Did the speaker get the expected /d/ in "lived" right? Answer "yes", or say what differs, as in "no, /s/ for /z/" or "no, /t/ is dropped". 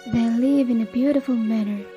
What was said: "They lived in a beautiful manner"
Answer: no, /d/ is dropped